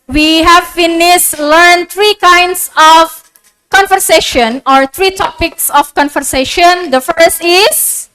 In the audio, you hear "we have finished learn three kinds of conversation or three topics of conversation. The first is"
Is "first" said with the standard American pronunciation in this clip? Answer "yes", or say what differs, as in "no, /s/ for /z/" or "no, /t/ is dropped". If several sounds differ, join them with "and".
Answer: yes